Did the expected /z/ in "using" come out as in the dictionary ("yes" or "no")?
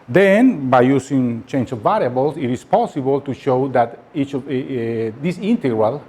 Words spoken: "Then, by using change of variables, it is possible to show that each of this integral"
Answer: no